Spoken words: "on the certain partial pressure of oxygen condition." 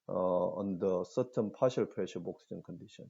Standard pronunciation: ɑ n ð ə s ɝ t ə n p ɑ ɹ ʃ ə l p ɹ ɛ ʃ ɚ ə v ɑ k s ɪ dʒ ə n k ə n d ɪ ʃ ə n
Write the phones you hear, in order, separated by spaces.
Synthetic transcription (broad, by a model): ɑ n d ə s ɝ t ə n p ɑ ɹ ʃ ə l p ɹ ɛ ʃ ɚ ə b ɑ k s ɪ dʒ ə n k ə n d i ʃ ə n